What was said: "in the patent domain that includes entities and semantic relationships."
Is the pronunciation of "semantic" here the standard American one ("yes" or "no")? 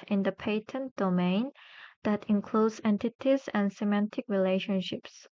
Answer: yes